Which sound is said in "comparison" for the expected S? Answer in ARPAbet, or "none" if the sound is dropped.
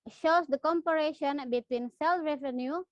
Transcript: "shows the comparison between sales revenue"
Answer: SH